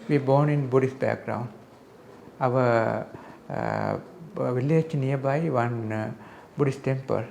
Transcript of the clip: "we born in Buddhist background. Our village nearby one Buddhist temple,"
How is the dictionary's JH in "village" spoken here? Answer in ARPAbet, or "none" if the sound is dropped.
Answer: CH